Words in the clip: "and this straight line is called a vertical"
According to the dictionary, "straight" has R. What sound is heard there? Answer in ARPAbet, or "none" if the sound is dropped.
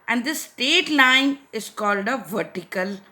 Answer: none